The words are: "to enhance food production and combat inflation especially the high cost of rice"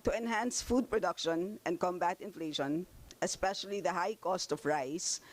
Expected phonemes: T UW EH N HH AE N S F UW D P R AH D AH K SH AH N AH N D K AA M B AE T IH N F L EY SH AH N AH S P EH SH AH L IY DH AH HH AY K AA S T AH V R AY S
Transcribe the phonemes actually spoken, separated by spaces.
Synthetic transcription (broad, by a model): T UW EH N HH AE N S F UW D P R AH D AH K SH AH N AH N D K AA M B AE T IH N F L EY SH AH N AH S P EH SH AH L IY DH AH HH AY K AA S T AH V R AY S